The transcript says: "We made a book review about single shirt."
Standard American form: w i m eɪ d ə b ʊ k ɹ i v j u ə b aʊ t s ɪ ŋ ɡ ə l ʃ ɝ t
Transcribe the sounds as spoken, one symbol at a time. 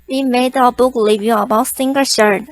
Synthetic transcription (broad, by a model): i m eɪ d ə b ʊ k l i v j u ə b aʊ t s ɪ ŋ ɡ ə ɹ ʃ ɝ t